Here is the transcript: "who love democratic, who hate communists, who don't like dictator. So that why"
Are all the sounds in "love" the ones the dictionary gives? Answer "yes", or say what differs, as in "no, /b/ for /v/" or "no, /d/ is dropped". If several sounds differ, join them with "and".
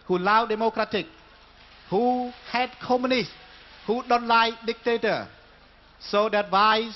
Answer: no, /w/ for /v/